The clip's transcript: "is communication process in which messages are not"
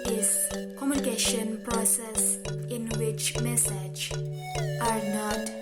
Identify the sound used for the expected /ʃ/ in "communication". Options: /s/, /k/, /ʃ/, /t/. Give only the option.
/ʃ/